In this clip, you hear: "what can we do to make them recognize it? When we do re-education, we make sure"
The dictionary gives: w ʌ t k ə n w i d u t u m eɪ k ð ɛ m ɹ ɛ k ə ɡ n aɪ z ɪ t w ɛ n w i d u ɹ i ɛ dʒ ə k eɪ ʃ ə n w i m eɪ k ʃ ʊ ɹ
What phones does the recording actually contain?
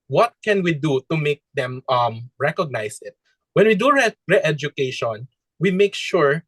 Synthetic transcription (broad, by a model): w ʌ t k ə n w i d u t u m eɪ k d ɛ m ɹ ɛ k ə ɡ n aɪ s ɪ t w ɛ n w i d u ɹ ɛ ɛ dʒ ə k eɪ ʃ ə n w i m eɪ k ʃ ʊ ɹ